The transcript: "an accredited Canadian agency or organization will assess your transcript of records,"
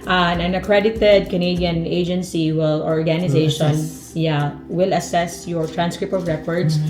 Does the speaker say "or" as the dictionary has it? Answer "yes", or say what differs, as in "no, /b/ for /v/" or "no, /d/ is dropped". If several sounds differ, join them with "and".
no, /l/ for /ɹ/